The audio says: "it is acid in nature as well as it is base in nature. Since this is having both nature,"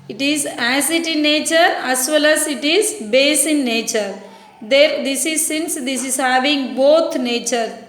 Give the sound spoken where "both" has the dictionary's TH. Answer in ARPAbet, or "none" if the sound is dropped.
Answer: T